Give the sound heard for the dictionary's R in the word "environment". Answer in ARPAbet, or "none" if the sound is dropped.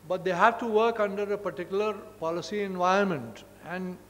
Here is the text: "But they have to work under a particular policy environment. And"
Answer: none